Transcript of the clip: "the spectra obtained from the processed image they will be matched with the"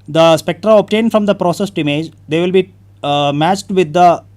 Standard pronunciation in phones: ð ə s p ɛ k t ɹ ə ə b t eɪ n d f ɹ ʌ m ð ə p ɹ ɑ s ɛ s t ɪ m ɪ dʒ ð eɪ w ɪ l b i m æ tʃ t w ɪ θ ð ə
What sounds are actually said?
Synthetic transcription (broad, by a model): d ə s p ɛ k t ɹ ə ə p t eɪ n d f ɹ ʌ m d ə p ɹ ɑ s ɛ s t ɪ m ɪ dʒ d eɪ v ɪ l b i m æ tʃ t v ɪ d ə